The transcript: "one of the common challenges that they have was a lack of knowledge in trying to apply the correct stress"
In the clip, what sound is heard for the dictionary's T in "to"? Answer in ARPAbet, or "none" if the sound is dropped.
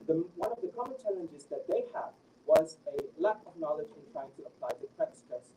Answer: T